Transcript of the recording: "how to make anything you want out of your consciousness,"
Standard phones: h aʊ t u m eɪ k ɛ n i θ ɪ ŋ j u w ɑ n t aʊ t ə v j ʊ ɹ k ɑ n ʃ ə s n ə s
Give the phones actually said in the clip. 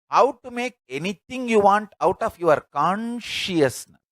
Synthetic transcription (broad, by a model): h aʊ t u m eɪ k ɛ n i t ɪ ŋ j u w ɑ n t aʊ t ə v j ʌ ɹ k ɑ n ʃ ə s n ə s